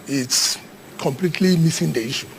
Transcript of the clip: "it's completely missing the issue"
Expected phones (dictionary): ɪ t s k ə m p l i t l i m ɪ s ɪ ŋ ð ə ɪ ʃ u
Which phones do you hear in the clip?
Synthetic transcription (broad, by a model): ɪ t s k ə m p l i t l i m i s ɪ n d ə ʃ